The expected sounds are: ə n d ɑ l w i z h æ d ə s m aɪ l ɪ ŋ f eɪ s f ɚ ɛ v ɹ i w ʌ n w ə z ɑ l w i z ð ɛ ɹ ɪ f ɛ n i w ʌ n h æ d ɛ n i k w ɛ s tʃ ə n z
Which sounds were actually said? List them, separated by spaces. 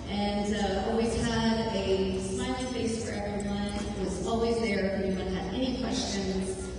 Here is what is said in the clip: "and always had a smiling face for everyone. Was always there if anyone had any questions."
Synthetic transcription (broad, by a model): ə n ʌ ɑ l w i z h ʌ d ə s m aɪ ɪ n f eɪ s f ɚ ɛ v ɹ i w ʌ n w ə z ɑ l w i z ð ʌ ɹ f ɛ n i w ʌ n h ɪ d ɛ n i k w ɛ s tʃ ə n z